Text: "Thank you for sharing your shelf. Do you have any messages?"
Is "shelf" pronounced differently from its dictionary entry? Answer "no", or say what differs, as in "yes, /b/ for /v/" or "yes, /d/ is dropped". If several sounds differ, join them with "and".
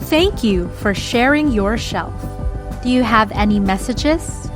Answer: no